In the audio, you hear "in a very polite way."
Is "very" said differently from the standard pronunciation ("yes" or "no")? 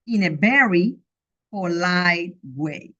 yes